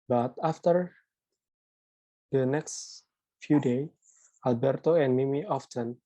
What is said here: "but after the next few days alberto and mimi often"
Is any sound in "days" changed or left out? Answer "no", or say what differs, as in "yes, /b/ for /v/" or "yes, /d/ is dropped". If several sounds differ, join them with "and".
yes, /z/ is dropped